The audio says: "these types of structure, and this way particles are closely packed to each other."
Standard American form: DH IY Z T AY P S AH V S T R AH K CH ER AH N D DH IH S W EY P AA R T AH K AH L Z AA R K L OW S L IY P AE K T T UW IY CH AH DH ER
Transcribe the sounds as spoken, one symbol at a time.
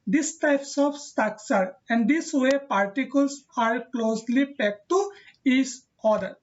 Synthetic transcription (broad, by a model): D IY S T AY P S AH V S T AH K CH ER AH N D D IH S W EY P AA R T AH K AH L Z AA R K L OW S L IY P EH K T T UW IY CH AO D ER